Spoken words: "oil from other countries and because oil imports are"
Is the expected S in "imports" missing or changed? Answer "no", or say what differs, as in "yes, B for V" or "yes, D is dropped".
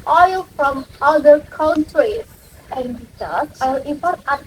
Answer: yes, S is dropped